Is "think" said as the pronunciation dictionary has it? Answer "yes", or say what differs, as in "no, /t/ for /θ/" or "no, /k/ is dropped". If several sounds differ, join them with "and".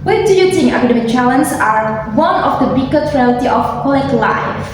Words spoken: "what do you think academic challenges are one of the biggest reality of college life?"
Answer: no, /t/ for /θ/ and /k/ is dropped